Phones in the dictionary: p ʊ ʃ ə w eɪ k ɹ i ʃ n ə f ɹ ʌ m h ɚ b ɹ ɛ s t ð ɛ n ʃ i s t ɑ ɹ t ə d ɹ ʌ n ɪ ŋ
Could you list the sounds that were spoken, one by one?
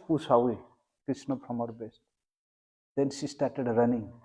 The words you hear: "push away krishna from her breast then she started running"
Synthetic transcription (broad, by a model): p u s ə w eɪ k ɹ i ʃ n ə p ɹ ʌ m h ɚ b ɛ s t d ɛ n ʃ i s t ɑ ɹ t ə d ɹ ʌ n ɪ ŋ